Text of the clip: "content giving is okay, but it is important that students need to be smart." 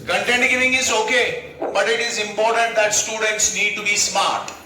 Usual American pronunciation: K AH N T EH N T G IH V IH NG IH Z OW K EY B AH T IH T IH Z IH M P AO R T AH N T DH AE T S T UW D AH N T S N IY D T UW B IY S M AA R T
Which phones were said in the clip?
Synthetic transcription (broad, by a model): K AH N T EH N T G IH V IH NG IH Z OW K EY B AH T IH T IH Z IH M P AO R T AH N T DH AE T S T UW D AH N T S N IY D T UW B IY S M AA R T